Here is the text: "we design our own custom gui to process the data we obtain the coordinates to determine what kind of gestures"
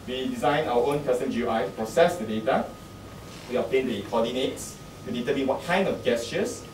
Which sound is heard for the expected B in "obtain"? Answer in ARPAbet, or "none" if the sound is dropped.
none